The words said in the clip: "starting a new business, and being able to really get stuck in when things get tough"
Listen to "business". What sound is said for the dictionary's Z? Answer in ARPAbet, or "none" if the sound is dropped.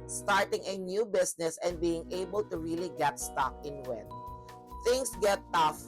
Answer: S